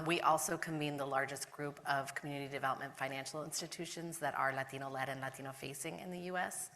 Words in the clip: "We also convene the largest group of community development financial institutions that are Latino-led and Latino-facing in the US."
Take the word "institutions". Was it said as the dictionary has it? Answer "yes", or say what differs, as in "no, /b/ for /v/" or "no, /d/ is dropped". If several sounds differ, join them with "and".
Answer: yes